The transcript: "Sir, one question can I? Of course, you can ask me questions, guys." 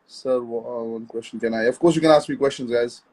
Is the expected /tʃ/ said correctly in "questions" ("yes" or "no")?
yes